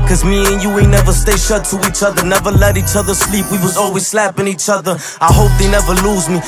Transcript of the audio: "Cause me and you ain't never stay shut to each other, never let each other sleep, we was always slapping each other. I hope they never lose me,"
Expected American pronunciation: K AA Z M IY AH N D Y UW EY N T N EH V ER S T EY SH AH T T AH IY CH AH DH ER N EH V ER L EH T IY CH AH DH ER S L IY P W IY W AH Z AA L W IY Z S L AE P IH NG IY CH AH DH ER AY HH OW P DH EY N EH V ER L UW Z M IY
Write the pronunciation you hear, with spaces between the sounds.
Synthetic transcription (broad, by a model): K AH Z M IY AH N Y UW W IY N EH V ER S T EY SH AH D T AH IY CH AH DH ER N EH V ER L EH T IY CH AH DH ER S L IY P W IY W AH Z AA L W IY Z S L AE P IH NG IY CH AH DH ER AY HH OW P DH EY N EH V ER L UW Z M IY